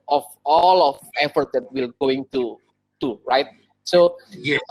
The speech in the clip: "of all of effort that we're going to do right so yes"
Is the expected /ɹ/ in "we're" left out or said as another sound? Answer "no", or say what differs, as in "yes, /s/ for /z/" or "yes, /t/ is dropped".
yes, /l/ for /ɹ/